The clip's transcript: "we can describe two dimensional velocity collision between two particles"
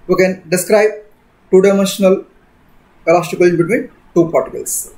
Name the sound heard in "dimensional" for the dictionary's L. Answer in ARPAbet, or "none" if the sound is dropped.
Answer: L